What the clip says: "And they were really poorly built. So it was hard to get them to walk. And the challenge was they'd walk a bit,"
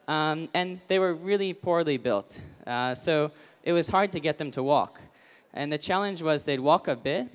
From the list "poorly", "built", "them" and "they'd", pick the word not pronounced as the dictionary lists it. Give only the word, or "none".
none